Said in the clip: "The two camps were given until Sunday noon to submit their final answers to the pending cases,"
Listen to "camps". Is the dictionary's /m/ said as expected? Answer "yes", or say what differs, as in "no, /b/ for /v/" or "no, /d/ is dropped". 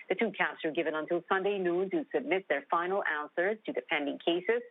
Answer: no, /m/ is dropped